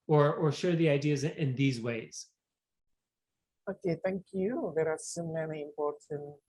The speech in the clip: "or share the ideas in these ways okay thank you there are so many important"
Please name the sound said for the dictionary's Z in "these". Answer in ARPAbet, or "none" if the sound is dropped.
Z